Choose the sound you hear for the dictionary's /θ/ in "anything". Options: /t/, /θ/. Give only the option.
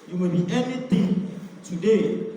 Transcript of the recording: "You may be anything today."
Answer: /t/